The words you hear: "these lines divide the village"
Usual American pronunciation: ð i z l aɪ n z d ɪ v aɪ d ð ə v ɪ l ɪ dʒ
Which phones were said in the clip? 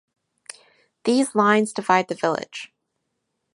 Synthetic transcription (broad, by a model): ð i z l aɪ n z d ɪ v aɪ d ð ə v ɪ l ɪ dʒ